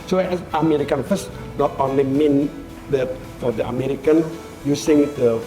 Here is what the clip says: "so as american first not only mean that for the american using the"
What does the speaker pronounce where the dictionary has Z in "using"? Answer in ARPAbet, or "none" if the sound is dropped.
S